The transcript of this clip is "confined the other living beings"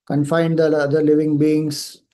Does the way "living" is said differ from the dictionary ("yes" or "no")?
no